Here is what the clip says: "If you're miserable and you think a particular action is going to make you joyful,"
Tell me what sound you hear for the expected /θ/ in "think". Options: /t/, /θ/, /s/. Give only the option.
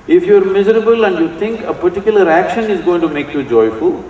/t/